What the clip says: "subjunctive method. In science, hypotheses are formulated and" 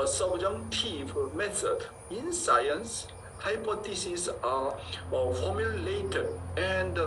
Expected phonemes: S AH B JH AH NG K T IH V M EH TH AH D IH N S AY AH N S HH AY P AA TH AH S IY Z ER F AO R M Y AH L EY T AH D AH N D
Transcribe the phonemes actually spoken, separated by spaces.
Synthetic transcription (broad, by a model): S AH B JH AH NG T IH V M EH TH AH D IH N S AY AH N S HH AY P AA T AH S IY S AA F AO M Y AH L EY T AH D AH N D